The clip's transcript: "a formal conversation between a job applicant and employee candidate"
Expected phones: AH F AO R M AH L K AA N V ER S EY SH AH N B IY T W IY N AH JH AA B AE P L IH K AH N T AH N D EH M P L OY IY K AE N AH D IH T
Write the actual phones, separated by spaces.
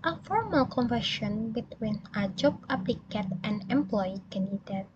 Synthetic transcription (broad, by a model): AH F AO R M AH L K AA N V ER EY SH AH N B IY T W IY N AH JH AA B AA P L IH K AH T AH N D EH M P L OY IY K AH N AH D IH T